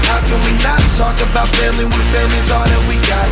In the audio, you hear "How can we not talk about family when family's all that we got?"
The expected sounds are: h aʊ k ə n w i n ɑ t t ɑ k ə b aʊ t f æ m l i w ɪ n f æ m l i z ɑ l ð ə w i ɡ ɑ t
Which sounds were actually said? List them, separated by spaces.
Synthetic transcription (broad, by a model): h aʊ k ə n w i n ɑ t t ɑ k ə b aʊ t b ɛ l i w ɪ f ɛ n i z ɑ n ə w i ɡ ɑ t